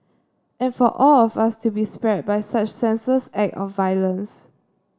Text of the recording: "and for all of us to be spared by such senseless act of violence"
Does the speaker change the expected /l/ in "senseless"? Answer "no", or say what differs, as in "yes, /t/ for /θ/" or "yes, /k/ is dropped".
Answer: yes, /l/ is dropped